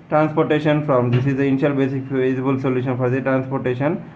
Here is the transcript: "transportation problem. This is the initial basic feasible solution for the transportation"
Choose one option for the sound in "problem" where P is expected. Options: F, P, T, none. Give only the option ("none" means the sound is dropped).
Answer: F